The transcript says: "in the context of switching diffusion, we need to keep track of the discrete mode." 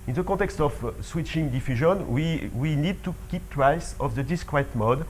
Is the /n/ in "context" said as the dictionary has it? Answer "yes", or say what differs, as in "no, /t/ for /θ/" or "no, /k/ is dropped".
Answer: no, /n/ is dropped